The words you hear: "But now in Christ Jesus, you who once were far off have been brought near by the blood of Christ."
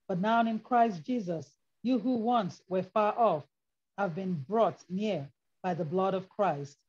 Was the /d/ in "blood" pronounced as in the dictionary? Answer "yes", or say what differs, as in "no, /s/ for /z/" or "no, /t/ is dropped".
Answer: yes